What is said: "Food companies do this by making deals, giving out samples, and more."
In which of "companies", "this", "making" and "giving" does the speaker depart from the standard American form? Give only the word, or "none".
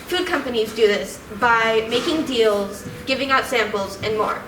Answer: none